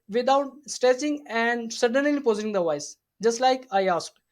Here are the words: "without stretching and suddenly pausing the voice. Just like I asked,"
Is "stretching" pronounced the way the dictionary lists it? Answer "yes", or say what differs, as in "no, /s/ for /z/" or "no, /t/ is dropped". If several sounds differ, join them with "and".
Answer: no, /s/ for /tʃ/